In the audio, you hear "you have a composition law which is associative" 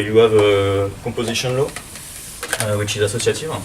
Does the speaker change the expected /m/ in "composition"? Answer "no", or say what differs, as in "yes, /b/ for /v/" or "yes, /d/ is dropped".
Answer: yes, /m/ is dropped